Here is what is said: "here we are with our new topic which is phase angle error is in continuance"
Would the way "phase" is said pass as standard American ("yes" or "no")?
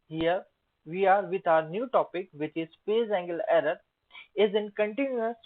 no